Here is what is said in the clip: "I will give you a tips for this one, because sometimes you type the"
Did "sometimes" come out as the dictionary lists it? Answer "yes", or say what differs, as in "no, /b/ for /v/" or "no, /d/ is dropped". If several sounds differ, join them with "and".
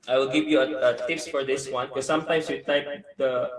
no, /s/ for /z/